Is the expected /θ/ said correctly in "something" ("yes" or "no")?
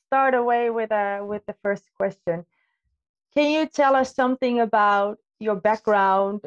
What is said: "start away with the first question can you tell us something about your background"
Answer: yes